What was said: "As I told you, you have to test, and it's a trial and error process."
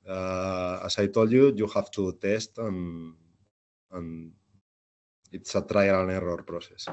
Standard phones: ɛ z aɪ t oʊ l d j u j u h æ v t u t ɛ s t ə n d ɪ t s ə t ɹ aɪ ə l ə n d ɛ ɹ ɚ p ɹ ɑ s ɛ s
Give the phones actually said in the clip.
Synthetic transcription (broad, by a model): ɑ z aɪ t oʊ l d j u j u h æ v t u t ɛ s t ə n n ɪ t s ə t ɹ aɪ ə n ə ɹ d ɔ ɹ p ɹ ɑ s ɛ s